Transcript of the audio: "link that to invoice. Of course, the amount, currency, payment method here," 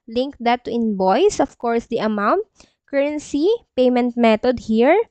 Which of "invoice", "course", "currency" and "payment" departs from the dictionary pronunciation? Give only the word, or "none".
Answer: invoice